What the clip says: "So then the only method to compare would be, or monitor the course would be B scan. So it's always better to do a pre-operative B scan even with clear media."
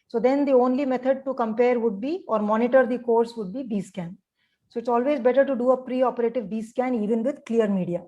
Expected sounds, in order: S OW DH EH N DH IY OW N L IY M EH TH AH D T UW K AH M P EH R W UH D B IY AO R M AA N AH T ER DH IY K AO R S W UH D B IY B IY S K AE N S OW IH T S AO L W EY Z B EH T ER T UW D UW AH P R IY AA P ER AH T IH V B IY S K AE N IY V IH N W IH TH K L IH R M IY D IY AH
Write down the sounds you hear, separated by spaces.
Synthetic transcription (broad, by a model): S OW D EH N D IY OW N L IY M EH T AH D T UW K AH M P EH R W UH D B IY AO R M AA N AH T ER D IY K AO R S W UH D B IY B IY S K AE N S OW IH T S AO L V EY Z B EH T ER T UW D UW AH P R IY AA P ER AH T IH V B IY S K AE N IY V IH N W IH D K L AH R M IY D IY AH